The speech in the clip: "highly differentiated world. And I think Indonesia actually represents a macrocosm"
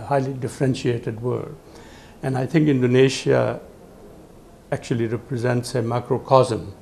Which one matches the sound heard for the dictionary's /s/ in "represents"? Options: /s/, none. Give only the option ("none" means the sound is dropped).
/s/